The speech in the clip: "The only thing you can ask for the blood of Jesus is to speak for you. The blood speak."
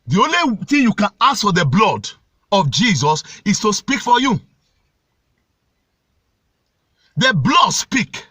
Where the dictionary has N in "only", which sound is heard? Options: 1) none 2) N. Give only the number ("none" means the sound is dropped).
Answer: 2